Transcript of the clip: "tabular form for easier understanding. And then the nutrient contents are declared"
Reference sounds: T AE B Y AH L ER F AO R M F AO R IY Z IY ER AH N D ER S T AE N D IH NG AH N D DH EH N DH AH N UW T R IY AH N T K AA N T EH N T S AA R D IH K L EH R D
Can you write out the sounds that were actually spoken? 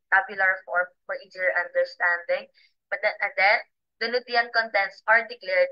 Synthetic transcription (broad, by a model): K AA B Y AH L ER F AO R M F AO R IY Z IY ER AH N D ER S T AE N D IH NG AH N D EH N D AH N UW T IY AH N K AA N T EH N T S AA R D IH K L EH R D